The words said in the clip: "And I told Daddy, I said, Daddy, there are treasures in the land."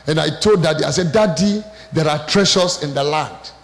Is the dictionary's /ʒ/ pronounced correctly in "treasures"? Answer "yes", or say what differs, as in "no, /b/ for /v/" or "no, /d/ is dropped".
no, /ʃ/ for /ʒ/